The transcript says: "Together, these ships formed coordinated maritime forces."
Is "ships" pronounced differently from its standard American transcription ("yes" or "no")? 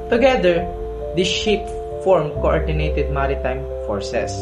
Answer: yes